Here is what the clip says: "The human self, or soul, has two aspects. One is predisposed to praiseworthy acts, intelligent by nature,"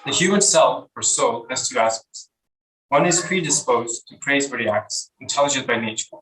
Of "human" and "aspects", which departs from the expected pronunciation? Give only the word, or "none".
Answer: aspects